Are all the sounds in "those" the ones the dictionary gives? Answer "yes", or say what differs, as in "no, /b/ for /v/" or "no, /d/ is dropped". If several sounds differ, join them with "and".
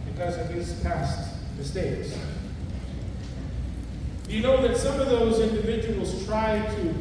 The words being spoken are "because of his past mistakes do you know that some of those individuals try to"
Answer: yes